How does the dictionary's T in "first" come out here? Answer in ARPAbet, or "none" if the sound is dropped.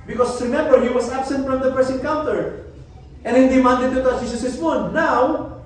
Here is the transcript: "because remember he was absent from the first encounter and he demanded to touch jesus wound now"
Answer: none